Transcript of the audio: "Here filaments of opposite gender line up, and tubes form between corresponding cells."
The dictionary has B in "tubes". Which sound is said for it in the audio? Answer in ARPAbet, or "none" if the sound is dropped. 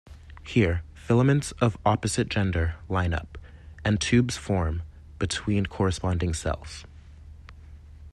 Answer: B